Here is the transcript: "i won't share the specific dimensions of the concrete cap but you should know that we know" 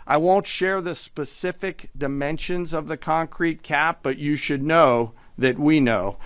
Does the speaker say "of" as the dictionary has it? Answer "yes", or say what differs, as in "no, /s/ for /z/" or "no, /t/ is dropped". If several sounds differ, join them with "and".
yes